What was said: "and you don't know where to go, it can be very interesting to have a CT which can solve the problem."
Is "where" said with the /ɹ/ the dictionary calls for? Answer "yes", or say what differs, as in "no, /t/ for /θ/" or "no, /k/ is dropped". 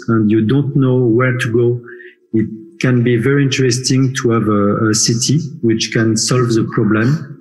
yes